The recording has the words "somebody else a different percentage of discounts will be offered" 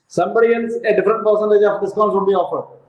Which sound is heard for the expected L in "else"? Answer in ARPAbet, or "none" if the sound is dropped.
N